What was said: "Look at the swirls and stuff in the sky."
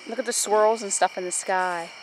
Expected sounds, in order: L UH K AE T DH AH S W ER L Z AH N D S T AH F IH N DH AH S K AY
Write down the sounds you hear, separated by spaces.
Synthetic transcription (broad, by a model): L UH K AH T DH AH S W ER L Z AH N S T AH F IH N DH AH S K AY